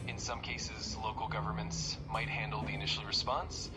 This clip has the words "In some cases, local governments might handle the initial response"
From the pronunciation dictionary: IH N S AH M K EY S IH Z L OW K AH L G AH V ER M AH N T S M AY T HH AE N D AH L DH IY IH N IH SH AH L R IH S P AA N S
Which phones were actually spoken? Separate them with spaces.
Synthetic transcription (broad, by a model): IH N S AH M K EY S IH Z L OW K L G AH V ER M AH N T S M AY T HH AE N D L DH IY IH N IH SH L R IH S P AA N S